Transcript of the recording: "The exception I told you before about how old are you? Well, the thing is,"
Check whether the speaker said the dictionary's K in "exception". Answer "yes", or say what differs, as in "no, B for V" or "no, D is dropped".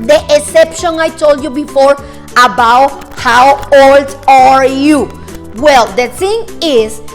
no, K is dropped